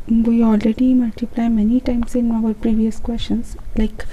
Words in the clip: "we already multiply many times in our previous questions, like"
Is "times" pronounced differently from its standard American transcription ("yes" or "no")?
yes